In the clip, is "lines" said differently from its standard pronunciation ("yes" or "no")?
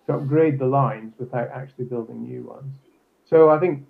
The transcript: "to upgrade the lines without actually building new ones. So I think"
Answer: no